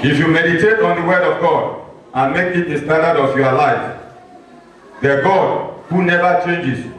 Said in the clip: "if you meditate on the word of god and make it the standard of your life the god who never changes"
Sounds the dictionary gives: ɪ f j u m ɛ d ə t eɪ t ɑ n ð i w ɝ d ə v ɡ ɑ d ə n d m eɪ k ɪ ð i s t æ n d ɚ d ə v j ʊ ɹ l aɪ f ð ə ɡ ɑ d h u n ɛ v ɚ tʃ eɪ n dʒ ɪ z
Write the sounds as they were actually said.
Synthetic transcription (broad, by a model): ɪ f j u m ɛ d ə t eɪ t ɑ n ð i w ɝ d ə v ɡ ɑ d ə n m eɪ k ɪ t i s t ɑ d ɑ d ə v j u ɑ l aɪ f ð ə ɡ ɑ d h u n ɛ v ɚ tʃ eɪ n dʒ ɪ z